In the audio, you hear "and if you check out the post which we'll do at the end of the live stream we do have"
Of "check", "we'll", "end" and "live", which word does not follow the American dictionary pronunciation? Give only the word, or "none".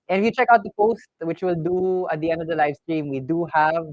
none